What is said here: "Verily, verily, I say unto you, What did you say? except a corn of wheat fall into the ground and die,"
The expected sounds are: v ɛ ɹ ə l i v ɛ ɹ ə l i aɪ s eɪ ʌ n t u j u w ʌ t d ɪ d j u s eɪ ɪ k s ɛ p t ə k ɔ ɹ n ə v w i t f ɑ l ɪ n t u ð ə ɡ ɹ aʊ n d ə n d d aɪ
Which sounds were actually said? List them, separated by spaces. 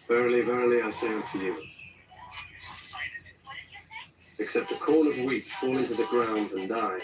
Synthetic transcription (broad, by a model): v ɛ ɹ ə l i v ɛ ɹ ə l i aɪ s eɪ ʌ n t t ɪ j u ɪ k s ɛ p t ə k ɔ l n ə v w i t f ɑ l ɪ n t u ð ə ɡ ɹ aʊ n d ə n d d aɪ